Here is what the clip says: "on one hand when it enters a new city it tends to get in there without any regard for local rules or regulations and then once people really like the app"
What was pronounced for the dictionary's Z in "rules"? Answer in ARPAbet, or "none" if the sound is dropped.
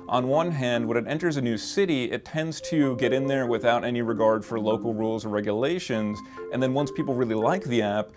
Z